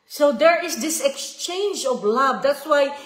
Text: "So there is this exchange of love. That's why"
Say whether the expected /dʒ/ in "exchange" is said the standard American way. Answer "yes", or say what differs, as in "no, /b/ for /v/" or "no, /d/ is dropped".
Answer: yes